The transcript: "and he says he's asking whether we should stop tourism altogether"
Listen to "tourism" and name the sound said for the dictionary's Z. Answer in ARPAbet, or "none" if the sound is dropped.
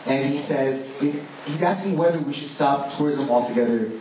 Z